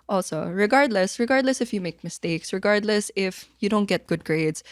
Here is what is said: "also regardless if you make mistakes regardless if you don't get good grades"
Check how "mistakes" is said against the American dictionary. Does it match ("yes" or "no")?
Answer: yes